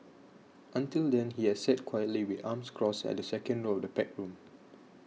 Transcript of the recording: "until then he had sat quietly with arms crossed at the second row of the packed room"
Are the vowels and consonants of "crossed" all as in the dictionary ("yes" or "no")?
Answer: no